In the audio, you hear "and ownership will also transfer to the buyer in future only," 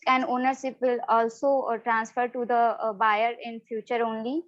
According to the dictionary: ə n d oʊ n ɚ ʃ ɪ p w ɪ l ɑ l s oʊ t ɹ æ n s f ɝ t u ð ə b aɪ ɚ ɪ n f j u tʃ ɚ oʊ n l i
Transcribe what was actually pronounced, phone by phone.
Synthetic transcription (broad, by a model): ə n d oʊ n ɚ s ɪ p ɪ l ɑ l s oʊ t ɹ æ n s f ɝ t u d ə b aɪ ɚ ɪ n f j u tʃ ɚ oʊ n l i